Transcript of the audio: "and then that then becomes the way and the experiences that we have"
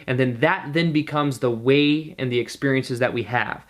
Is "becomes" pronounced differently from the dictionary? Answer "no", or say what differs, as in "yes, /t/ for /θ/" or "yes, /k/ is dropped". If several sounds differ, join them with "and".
no